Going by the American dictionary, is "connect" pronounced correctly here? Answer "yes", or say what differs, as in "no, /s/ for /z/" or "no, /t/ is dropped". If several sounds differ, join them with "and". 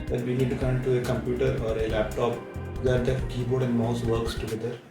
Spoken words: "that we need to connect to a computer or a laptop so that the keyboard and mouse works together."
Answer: no, /n/ is dropped